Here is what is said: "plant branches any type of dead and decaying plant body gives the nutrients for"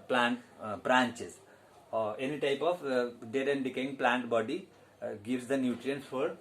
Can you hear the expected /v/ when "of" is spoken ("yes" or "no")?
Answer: no